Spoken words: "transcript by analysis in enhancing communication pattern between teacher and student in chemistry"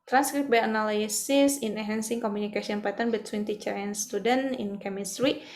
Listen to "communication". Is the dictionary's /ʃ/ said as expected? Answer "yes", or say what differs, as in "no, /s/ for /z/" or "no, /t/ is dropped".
no, /s/ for /ʃ/